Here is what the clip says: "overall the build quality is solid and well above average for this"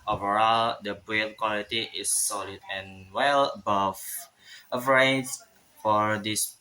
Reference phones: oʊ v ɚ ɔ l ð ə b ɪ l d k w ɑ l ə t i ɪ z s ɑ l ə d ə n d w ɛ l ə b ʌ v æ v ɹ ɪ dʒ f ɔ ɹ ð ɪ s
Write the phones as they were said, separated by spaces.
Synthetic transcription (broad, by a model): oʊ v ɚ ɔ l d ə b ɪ d k w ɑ l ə t i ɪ s ɑ l ə d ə n w ɛ l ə b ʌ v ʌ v ɹ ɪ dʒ f ɔ ɹ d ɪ s